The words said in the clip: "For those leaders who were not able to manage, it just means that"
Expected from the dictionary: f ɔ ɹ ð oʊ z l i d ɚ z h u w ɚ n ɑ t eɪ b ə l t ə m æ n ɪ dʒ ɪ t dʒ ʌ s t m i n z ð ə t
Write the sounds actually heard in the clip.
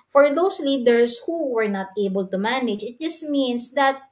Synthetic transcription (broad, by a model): f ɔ ɹ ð oʊ s l i d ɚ s h u w ɚ n ɑ t eɪ b ə l t ə m æ n ɪ dʒ ɪ t dʒ ʌ s t m i n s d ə t